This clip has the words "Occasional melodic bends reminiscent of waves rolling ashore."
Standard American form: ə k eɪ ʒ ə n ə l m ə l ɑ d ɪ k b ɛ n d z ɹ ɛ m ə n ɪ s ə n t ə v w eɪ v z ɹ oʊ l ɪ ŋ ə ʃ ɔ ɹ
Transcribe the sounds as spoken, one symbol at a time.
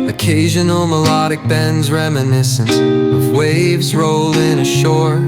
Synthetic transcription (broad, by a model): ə k eɪ ʒ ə n l m ə l ɑ d ɪ k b ɛ n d z ɹ ɛ m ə n ɪ s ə n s ə v w eɪ v z ɹ oʊ l ɪ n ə ʃ ɔ ɹ